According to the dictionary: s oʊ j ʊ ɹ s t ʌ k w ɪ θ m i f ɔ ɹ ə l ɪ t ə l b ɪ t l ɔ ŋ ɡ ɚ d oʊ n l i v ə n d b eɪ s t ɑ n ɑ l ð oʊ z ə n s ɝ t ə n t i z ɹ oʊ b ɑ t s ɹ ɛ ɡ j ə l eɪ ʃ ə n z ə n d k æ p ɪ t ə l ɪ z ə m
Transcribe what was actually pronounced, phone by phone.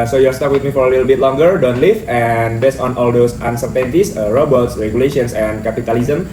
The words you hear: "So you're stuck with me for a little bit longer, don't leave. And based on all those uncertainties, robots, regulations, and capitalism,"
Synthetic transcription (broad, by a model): s oʊ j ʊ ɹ s t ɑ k w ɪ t m i f ɔ ɹ ə l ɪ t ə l b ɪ t l ɔ ŋ ɡ ɚ d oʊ n l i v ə n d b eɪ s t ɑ n ɑ l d oʊ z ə n s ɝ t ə n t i s ɹ oʊ b ɑ t s ɹ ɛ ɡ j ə l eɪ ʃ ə n s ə n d k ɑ p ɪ t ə l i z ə m